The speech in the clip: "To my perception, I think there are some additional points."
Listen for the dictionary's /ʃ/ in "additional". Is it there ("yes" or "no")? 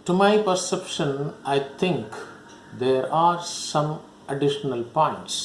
yes